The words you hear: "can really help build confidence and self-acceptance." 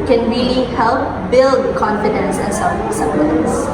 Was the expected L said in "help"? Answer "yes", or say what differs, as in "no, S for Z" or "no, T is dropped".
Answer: yes